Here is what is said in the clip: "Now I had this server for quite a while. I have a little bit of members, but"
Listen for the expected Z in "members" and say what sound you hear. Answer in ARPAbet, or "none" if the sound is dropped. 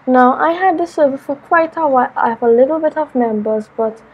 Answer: Z